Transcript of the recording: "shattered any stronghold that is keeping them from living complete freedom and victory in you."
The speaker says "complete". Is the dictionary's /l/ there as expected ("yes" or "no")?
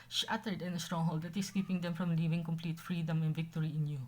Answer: yes